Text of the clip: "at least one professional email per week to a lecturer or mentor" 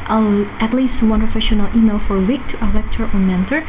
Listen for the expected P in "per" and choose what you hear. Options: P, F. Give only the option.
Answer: F